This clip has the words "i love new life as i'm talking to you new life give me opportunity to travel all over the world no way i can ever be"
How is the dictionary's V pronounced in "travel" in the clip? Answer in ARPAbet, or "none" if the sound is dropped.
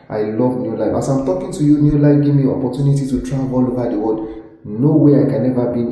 none